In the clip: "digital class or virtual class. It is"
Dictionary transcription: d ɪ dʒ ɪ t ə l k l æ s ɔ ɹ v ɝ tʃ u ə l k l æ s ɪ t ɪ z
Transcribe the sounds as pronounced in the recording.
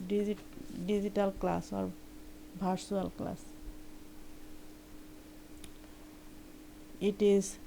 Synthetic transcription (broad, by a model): d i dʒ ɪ t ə l k l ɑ s ɔ ɹ b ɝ s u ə l k l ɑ s ɪ t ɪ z